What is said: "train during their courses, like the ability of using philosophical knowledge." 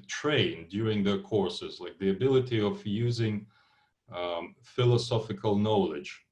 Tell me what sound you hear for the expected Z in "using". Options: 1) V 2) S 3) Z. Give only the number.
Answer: 3